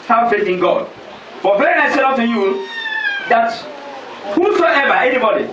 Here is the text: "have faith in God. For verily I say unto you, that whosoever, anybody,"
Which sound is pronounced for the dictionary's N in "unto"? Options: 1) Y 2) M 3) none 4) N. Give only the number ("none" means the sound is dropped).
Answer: 3